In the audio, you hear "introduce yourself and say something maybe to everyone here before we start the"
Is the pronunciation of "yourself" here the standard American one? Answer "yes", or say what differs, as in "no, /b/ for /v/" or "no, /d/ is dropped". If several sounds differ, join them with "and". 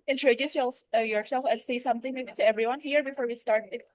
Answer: yes